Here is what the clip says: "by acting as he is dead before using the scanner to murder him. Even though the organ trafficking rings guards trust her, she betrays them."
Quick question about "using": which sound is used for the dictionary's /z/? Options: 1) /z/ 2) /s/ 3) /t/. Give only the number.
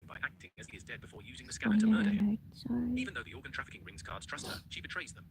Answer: 1